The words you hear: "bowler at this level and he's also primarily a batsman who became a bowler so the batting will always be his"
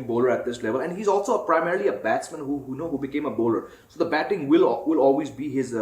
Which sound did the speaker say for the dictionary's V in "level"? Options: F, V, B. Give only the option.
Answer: V